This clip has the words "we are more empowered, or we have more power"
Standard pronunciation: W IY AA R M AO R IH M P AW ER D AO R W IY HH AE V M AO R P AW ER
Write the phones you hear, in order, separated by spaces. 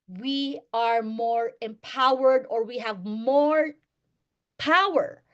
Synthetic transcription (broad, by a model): W IY AA R M AO R IH M P AW ER D AO R W IY HH AE V M AO R P AW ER